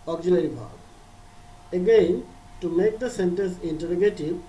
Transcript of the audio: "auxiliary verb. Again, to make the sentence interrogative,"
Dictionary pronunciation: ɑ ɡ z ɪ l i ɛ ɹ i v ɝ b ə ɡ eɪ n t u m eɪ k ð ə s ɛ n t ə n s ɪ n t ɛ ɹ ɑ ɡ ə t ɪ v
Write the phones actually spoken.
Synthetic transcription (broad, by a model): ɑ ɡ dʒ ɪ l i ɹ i b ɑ ə ɡ eɪ n t u m eɪ k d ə s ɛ n t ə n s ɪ n t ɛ ɹ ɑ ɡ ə t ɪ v